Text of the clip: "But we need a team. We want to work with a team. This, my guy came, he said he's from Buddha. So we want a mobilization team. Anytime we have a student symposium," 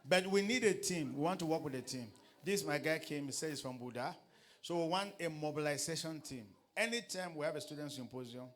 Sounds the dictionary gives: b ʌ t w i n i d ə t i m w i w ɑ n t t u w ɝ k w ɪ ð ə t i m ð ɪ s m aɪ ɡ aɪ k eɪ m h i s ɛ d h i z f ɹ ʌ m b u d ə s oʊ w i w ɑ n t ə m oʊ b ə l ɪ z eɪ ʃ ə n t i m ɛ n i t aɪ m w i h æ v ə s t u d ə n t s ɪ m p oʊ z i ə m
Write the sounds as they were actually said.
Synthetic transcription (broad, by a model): b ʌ t w i n i d ə t i m w i w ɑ n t t u w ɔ k w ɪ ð ə t i m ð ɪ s m aɪ ɡ aɪ k eɪ m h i s ɛ d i s f ɹ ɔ m b u d ə s oʊ w i w ɑ n t ə m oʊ b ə l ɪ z eɪ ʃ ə n t i m ɛ n i t aɪ m w i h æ v ə s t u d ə n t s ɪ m p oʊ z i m